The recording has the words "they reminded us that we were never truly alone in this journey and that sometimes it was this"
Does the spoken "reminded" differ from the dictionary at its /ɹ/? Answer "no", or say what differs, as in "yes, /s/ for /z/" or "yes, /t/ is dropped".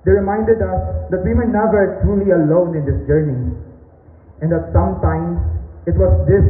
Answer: no